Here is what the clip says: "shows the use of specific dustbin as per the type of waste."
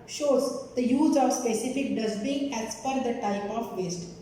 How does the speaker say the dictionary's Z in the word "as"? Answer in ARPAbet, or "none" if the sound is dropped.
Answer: S